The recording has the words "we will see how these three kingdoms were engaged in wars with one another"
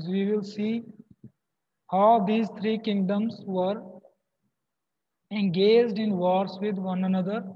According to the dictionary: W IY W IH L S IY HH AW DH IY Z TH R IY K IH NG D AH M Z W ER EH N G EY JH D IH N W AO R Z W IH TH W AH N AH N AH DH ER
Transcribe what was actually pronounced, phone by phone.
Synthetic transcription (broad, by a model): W IY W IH L S IY HH AW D IY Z T R IY K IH NG D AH M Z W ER EH N G EY JH D IH N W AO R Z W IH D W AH N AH N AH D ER